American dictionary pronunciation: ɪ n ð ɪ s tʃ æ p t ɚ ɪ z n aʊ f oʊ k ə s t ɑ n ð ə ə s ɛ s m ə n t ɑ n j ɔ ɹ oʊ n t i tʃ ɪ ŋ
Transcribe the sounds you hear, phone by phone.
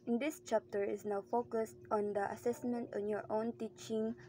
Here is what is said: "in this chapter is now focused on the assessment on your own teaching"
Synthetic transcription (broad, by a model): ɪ n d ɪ s tʃ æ p t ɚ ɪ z n aʊ f oʊ k ə s t ɑ n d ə ə s ɛ s m ə n t ɑ n j ɔ ɹ oʊ n t i tʃ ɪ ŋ